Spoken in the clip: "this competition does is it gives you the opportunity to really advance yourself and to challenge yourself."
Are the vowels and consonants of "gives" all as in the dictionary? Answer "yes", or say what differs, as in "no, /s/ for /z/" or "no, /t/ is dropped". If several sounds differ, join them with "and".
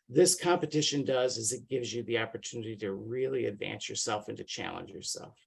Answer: yes